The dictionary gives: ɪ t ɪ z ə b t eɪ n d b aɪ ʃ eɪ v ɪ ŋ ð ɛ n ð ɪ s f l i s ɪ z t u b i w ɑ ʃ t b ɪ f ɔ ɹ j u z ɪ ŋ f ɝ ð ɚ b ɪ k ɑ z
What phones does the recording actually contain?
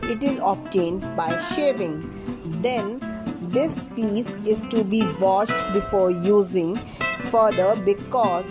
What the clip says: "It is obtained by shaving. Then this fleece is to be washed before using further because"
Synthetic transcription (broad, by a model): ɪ t ɪ z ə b t eɪ n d b aɪ ʃ eɪ v ɪ ŋ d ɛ n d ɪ s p i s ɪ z t u b i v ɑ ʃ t b ɪ f ɔ ɹ j u z ɪ ŋ f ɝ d ɚ b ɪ k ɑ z